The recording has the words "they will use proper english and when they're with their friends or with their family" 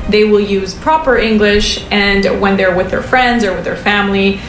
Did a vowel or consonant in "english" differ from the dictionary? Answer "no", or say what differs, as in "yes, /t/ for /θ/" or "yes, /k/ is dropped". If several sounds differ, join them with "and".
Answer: no